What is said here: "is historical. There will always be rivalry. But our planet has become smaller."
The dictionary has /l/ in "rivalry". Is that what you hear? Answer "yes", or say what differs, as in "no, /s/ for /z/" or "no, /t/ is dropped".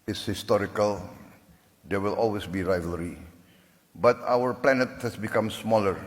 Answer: yes